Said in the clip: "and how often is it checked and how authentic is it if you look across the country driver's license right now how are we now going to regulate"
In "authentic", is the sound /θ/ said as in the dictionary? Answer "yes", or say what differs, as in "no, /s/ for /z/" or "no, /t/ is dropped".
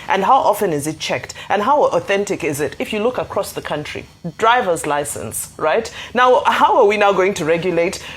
yes